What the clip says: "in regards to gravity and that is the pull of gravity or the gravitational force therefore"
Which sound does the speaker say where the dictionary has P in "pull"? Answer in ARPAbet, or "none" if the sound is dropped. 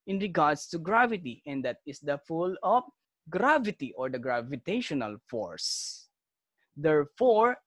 F